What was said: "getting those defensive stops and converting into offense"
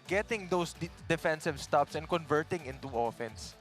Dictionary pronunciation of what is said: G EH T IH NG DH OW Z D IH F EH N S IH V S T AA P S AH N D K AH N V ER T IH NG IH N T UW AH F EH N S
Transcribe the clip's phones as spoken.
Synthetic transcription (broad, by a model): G EH T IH NG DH OW S D IH F EH N S IH V S T AA P S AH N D K AH N V ER T IH NG IH N T UW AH F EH N S